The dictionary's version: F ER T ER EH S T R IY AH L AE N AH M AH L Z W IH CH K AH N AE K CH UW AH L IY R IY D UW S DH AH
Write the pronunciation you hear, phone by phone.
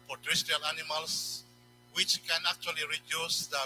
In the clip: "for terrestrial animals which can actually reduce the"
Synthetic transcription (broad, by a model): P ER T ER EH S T IY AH L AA N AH M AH L S W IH CH K AH N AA K CH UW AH L IY R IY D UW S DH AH